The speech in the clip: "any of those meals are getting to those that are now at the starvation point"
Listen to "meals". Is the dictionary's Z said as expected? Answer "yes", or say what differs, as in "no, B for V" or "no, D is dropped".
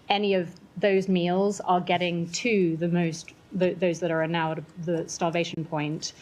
yes